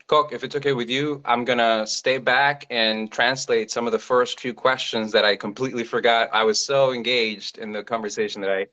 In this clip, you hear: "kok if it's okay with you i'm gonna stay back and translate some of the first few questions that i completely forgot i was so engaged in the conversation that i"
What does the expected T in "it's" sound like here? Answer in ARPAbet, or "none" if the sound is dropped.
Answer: T